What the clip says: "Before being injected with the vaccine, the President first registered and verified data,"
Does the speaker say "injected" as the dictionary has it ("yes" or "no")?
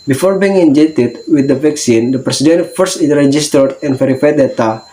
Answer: no